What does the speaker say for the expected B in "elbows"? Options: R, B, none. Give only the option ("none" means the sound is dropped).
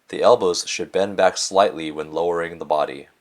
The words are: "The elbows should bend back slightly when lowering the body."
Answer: B